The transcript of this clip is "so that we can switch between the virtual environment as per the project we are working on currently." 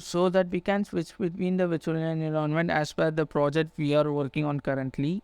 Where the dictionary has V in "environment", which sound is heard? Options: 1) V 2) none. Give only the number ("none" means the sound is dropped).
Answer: 2